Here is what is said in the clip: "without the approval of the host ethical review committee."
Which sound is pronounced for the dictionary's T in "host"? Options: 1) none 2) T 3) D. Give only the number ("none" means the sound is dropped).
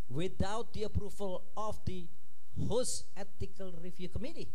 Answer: 1